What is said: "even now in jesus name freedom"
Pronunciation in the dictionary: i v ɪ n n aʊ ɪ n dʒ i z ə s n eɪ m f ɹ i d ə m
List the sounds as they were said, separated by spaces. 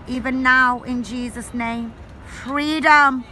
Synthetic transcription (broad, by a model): i v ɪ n n aʊ ɪ n dʒ i z ə s n eɪ m f ɹ i d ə m